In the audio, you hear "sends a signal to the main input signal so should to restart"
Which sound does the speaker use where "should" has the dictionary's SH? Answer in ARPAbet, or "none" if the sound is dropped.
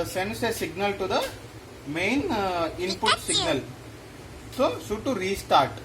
S